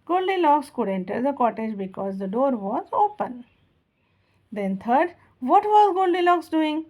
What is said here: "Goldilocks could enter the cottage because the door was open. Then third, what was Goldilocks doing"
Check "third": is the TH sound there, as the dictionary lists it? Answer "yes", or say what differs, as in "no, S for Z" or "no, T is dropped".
no, T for TH